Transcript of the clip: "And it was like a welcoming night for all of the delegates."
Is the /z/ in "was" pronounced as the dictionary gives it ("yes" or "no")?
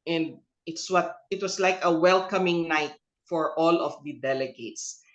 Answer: no